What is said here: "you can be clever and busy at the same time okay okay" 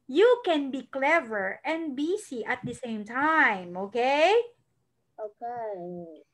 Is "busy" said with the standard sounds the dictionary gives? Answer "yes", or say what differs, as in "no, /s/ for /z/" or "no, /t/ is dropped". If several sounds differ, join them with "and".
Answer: no, /s/ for /z/